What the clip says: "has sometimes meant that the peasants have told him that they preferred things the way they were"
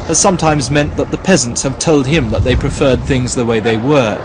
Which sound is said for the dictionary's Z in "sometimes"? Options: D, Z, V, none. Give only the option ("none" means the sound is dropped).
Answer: Z